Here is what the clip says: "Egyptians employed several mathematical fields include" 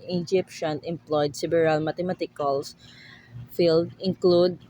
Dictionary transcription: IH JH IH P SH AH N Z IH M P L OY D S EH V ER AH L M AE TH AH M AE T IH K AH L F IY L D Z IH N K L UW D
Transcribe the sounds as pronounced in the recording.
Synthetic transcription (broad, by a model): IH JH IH P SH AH N IH M P L OY D S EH B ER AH L M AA T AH M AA T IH K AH L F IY L D IH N K L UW D